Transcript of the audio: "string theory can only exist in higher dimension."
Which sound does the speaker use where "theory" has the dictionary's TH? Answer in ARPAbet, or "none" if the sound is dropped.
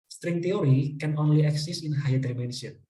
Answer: T